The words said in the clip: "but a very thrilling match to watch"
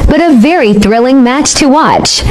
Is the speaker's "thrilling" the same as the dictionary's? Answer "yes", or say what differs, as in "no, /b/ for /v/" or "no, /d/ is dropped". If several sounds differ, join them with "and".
yes